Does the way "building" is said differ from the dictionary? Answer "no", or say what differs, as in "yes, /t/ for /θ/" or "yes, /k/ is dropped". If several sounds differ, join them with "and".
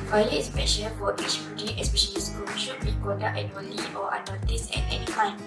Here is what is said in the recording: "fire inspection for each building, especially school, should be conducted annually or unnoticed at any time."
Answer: yes, /l/ is dropped